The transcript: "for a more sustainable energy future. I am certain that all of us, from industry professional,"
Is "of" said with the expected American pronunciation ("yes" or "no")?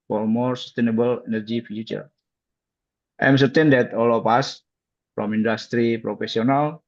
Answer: no